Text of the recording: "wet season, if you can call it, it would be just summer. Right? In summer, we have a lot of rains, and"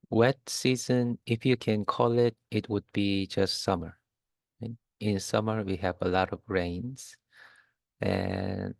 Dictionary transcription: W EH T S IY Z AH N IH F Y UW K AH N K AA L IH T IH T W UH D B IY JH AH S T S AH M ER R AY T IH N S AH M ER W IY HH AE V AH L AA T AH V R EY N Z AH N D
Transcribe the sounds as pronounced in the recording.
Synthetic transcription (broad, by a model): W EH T S IY Z AH N IH F Y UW K AH N K AA L IH T IH T W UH D B IY JH AH S T S AH M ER R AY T IH N S AH M ER W IY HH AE V AH L AA T AH V R EY N Z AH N